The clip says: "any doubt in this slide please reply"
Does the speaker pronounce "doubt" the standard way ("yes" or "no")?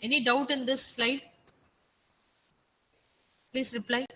yes